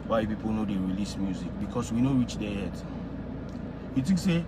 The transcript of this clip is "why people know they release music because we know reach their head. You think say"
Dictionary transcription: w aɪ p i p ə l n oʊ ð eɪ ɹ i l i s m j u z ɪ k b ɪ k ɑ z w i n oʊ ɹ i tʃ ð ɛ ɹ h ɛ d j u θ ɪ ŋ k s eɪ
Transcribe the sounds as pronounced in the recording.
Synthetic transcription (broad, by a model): w aɪ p i p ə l n oʊ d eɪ ɹ i l i s m j u z ɪ k b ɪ k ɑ s w i n oʊ ɹ i tʃ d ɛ h ɛ d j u t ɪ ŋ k s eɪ